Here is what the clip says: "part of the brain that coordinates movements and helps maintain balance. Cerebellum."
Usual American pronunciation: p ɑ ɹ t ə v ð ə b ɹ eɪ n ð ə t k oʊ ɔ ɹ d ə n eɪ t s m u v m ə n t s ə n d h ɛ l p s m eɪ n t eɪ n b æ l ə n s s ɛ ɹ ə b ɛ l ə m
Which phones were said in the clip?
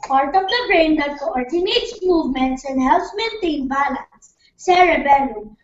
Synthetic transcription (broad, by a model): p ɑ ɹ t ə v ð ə b ɹ eɪ n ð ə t k oʊ ɔ ɹ d ə n eɪ t s m u v m ə n t s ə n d h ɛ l s m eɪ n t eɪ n b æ l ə n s s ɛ ɹ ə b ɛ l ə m